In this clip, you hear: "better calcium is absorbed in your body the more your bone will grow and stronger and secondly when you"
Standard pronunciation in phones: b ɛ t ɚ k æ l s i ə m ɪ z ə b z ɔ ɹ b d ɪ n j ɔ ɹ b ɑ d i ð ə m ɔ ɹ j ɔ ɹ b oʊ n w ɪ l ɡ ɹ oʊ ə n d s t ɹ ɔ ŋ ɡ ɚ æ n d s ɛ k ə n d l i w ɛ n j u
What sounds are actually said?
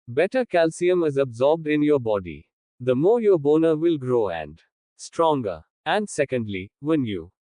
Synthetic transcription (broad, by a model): b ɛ t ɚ k æ l s i ə m ɪ z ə b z ɔ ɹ b d ɪ n j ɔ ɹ b ɑ d i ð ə m ɔ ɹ j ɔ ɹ b oʊ n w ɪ l ɡ ɹ oʊ ə n d s t ɹ ɔ ŋ ɡ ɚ æ n d s ɛ k ə n d l i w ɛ n j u